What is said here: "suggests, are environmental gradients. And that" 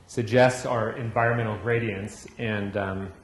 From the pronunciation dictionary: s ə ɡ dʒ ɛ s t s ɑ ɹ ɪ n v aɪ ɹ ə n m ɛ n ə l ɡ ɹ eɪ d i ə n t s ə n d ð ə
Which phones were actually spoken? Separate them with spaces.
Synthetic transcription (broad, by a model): s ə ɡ dʒ ɛ s t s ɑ ɹ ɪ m v aɪ ɹ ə n m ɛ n l ɡ ɹ eɪ d i ə n t s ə n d